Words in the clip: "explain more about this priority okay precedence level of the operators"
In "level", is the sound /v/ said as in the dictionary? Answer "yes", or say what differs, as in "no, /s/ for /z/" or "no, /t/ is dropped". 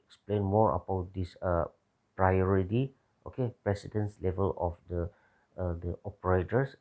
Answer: yes